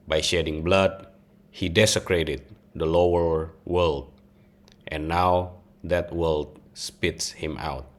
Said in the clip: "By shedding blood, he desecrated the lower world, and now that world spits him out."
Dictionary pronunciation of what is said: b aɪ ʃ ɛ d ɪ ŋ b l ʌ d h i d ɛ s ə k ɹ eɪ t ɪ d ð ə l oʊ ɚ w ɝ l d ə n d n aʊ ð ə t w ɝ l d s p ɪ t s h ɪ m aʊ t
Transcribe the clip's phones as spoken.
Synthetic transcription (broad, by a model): b aɪ ʃ ɛ d ɪ ŋ b l ʌ d h i d ɛ s ə k ɹ eɪ t ɪ d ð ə l oʊ ɚ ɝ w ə l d n aʊ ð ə t w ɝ l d s p ɪ t s h ɪ m aʊ t